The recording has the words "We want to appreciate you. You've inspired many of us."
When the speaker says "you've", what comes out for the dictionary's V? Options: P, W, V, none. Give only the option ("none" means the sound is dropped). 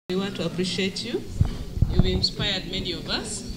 W